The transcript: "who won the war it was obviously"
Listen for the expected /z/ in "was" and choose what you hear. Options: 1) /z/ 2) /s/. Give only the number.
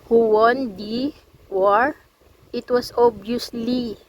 2